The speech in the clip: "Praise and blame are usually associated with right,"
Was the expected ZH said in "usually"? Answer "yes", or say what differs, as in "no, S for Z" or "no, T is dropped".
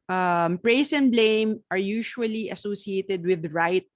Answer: no, SH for ZH